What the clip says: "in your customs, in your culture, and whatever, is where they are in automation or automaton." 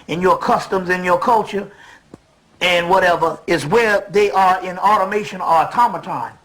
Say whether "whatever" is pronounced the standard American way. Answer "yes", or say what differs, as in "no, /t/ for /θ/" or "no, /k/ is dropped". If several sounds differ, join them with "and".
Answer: yes